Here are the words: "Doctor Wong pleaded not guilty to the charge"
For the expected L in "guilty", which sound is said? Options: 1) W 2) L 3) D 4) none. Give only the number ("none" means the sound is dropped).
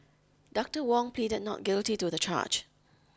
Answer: 2